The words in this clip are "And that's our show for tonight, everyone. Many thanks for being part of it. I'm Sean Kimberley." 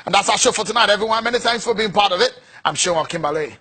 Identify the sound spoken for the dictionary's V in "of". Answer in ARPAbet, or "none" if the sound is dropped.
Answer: V